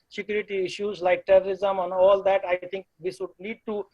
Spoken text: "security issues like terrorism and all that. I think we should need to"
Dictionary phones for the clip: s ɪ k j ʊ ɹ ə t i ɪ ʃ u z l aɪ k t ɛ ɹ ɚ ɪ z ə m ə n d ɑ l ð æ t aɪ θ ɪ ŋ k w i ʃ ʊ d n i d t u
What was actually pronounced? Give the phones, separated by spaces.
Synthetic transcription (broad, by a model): s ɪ k j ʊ ɹ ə t i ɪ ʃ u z l aɪ k t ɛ ɹ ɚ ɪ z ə m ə n ɑ l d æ t aɪ t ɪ ŋ k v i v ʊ d l i d t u